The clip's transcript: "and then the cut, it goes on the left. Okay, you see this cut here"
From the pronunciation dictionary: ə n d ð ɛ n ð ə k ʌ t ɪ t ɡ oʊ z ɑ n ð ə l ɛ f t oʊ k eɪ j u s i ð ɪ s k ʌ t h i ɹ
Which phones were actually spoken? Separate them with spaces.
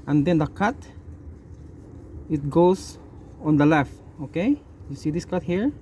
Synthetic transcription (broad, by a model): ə n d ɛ n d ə k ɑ t ɪ t ɡ oʊ s ɑ n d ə l ɛ f t oʊ k eɪ j u s i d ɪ s k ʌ t h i ɹ